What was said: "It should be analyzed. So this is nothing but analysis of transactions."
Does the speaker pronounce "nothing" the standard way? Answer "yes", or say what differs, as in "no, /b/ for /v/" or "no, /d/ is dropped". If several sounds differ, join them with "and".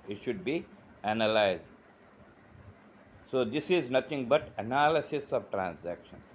no, /t/ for /θ/